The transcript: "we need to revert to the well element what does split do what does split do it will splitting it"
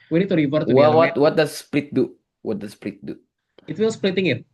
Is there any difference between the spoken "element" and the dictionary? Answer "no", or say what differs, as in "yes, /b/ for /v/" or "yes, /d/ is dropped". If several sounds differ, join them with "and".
yes, /n/ is dropped